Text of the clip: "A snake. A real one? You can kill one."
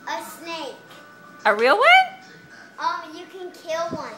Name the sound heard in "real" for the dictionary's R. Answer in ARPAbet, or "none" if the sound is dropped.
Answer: R